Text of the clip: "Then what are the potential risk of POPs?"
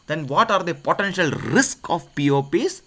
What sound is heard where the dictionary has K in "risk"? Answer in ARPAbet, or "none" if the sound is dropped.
K